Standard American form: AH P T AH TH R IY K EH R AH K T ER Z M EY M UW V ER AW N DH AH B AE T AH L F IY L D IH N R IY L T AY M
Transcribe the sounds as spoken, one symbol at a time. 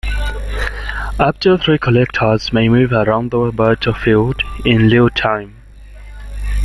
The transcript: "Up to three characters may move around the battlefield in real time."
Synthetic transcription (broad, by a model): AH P T AH TH R IY K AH L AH K T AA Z M EY M UW V ER AW N DH AH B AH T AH F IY L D IH N L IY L T AY M